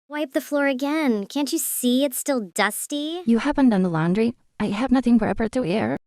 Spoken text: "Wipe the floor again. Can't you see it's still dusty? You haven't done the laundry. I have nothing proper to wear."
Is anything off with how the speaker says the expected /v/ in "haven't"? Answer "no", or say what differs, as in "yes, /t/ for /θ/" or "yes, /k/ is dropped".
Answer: yes, /p/ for /v/